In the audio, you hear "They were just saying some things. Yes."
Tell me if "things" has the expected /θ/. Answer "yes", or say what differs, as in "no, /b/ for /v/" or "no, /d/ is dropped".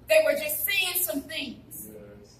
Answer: yes